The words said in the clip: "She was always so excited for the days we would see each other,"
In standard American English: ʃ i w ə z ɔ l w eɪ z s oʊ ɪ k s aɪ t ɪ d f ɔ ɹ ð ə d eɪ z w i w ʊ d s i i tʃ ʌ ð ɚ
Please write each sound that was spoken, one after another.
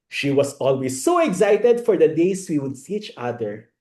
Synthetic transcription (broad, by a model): ʃ i w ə s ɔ l w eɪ s oʊ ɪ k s aɪ t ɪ d f ɔ ɹ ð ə d eɪ s w i w ʊ d s i i tʃ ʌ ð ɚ